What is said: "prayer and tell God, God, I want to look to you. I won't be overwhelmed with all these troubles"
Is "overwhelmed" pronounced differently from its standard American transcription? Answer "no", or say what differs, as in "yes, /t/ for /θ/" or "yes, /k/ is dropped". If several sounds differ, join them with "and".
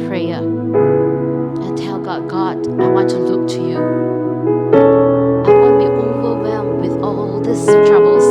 yes, /l/ is dropped